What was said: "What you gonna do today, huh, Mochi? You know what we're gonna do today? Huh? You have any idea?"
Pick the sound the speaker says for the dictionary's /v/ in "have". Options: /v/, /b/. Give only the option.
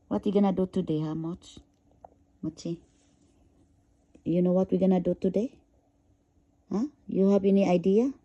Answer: /b/